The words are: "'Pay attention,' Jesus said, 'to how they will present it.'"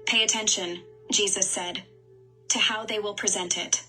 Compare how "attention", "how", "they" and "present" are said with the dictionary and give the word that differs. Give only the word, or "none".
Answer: none